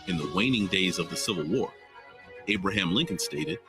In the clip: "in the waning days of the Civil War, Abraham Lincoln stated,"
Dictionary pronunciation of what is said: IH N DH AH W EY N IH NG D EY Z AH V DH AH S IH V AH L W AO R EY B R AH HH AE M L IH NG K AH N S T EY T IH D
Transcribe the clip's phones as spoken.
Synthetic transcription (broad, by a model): IH N DH AH W EY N IH NG D EY Z AH V DH AH S IH V L W AO R EY B R AH HH AE M L IH NG K AH N S T EY T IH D